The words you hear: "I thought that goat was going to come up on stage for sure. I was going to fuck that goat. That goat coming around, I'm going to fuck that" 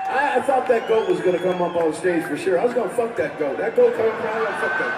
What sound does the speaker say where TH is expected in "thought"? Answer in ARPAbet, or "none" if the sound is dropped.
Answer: TH